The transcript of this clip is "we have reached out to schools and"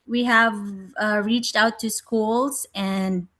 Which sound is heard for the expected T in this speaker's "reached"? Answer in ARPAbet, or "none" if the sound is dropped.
T